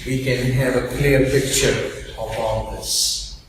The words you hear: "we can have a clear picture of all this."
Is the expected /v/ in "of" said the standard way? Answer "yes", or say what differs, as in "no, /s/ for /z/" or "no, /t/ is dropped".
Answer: no, /p/ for /v/